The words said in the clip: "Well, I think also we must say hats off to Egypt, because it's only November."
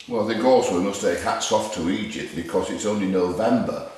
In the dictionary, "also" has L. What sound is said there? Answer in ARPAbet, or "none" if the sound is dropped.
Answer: none